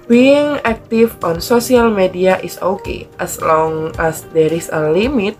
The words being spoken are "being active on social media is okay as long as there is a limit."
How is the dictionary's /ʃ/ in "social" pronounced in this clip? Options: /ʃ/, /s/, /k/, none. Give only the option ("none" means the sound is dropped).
/s/